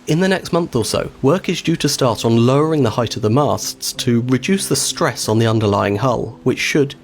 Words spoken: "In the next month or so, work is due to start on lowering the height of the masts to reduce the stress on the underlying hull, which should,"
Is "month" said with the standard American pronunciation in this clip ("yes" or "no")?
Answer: yes